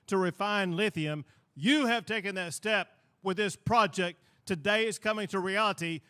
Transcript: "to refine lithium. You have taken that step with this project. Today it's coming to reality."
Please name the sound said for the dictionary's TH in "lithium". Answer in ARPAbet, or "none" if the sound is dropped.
TH